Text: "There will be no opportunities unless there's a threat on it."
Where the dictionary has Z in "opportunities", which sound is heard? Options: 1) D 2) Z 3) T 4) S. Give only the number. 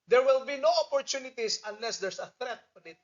4